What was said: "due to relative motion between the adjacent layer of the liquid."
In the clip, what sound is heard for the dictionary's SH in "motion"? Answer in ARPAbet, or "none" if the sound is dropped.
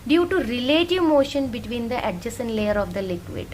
SH